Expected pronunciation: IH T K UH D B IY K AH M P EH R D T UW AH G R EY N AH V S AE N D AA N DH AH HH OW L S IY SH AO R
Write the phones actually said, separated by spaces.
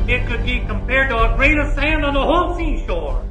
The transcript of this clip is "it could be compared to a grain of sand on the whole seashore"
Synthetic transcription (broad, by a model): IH T K UH D B IY K AH M P EH R D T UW AH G R EY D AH S AE N D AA N DH AH HH OW L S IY SH AO R